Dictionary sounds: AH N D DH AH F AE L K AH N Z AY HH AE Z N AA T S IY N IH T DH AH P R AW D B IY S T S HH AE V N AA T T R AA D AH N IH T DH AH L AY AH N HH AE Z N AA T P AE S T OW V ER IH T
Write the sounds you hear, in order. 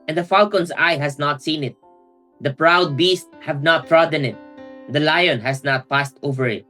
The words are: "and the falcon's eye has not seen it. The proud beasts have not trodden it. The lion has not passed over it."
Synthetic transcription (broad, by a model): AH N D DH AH F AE L K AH N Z AY HH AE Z N AA T S IY N IH T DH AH P R AW D B IY S T HH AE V N AA T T R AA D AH N IH T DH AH L AY AH N HH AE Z N AA T P AE S T OW V ER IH T